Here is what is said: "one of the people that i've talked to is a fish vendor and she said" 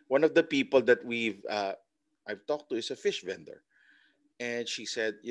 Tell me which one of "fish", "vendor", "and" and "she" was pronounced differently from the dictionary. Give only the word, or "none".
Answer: none